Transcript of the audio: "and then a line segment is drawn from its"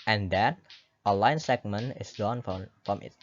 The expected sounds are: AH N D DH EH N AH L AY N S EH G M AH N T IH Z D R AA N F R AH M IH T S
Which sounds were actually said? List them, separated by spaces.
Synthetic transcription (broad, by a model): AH N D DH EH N AH L AY N S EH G M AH N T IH S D AA N F R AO M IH T